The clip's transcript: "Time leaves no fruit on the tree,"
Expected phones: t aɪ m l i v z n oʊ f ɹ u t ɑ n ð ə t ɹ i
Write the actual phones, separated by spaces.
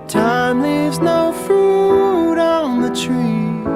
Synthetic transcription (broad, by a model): t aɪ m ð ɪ z n oʊ f ɹ u t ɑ n ð ə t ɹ i